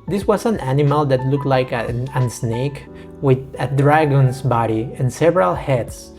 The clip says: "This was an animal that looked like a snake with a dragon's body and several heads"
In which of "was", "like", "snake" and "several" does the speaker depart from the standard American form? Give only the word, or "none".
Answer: was